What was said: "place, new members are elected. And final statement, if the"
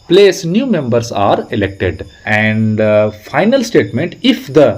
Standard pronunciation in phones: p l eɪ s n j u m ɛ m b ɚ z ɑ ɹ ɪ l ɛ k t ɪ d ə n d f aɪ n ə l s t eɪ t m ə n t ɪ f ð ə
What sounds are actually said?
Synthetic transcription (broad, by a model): p l eɪ s n j u m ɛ m b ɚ s ɑ ɹ ɪ l ɛ k t ɪ d ə n d f aɪ n ə l s t eɪ t m ə n t ɪ f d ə